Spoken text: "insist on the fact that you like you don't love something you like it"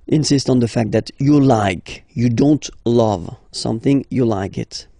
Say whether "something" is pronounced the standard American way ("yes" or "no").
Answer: yes